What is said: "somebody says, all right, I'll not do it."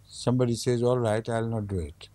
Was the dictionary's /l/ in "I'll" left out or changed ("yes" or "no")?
no